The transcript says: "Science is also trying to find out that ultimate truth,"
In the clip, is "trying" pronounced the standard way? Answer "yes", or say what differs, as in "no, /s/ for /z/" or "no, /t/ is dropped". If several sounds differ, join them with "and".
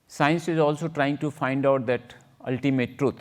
yes